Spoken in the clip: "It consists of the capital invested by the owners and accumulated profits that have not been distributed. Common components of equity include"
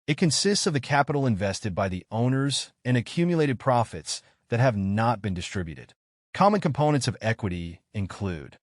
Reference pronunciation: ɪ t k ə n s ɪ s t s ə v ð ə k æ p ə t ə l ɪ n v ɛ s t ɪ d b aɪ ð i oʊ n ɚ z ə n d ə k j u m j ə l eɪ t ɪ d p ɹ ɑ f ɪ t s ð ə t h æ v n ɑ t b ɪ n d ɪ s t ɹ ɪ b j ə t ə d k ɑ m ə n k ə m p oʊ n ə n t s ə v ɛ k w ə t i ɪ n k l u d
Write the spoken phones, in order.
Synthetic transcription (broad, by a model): ɪ t k ə n s ɪ s t s ə v ð ə k æ p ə t l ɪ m v ɛ s t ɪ d b aɪ ð i oʊ n ɚ z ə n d ə k j u m j ə l eɪ t ɪ d p ɹ ɑ f ɪ t s ð ə t h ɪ v n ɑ t b ɪ n d ɪ s t ɹ ɪ b j ə t ə d k ɑ m ə n k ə m p oʊ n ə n t s ə v ɛ k w ə t i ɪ n k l u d